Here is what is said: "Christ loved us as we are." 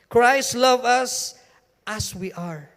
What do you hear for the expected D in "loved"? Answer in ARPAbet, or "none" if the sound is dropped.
none